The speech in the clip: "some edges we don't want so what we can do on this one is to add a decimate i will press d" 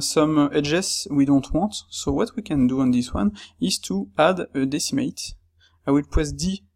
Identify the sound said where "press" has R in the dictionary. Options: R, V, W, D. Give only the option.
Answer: W